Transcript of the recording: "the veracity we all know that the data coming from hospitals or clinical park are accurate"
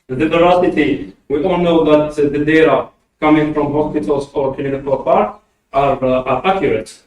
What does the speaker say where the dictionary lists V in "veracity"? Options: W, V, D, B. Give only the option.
B